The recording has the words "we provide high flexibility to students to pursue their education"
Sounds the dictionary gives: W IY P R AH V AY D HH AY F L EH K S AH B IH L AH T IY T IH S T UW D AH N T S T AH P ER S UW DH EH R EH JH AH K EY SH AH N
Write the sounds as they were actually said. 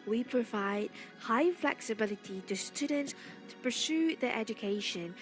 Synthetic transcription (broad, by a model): W IY P R AH V AY D HH AY F L EH K S AH B IH L AH T IY T IH S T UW D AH N T S T AH P ER S UW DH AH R EH JH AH K EY SH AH N